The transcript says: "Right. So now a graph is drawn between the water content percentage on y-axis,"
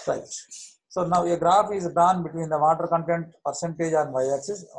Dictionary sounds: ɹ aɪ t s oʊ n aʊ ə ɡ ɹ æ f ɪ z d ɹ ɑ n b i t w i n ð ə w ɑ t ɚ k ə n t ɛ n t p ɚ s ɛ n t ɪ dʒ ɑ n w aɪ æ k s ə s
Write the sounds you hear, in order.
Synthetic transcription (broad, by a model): ɹ aɪ t s oʊ n aʊ ə ɡ ɹ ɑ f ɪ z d ɑ n b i t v i n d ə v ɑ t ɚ k ə n t ɛ n t p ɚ s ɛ n t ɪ dʒ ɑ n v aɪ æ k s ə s